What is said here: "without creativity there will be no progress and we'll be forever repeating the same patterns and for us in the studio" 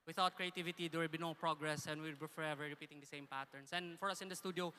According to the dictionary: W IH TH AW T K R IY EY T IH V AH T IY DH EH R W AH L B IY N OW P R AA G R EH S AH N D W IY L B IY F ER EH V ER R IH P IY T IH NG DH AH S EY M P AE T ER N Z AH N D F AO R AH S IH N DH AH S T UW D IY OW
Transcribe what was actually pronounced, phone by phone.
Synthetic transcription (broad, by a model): W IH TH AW T K R IY EY T IH V AH T IY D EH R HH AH B IY N OW P R AA G R EH S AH N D W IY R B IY F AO EH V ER R IH P IY T IH NG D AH S EY M P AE T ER N S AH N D F AO R AH S IH N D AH S T UW D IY OW